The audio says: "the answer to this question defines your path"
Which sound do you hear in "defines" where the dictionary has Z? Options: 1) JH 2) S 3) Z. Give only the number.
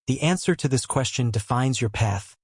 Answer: 3